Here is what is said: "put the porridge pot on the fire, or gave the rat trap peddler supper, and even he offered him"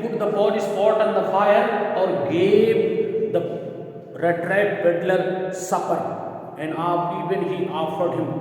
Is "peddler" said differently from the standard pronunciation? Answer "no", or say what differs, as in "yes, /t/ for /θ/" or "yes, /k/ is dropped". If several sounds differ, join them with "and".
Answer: yes, /b/ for /p/